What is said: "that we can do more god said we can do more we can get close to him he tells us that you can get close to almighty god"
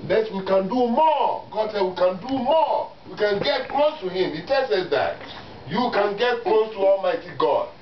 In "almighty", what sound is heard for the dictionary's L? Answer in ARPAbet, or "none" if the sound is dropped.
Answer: L